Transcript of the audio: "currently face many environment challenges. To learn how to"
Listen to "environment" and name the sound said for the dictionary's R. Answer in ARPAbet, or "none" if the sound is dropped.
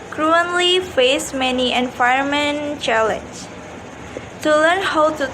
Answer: none